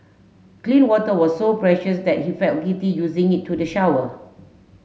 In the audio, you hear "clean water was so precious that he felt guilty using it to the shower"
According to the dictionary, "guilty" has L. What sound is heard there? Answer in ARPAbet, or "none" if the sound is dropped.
none